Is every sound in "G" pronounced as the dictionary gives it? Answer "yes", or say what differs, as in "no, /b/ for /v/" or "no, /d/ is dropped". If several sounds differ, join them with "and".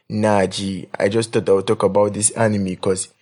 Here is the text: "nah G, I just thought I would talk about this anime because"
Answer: yes